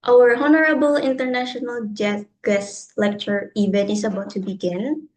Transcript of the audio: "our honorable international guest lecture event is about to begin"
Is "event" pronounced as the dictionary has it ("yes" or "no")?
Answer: no